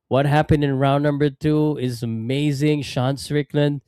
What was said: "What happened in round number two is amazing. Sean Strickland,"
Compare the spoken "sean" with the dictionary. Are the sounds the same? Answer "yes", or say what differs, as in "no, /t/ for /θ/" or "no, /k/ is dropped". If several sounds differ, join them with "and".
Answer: yes